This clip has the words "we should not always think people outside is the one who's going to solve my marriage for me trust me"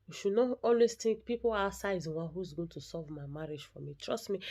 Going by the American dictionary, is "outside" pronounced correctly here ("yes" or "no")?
no